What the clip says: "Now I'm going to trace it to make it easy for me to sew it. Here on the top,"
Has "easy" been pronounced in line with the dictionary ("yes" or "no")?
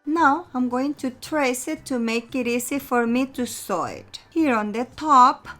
no